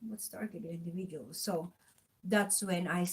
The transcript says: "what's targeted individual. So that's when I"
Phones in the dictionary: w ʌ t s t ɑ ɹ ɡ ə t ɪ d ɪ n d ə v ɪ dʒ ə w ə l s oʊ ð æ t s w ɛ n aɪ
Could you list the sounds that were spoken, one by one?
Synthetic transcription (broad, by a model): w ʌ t s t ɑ ɹ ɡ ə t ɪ ɪ n d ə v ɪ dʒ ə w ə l s oʊ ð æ t s w ɛ n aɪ